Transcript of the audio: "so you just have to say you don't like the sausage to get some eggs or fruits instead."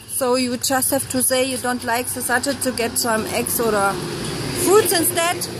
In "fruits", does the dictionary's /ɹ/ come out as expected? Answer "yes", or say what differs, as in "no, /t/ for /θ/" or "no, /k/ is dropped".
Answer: no, /ɹ/ is dropped